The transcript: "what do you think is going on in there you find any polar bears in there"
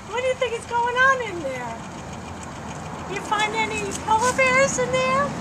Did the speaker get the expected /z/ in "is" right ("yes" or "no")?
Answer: no